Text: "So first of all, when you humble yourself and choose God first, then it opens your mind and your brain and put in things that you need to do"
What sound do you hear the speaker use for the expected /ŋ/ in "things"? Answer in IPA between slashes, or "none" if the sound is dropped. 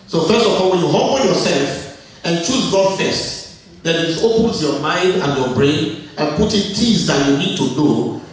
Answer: none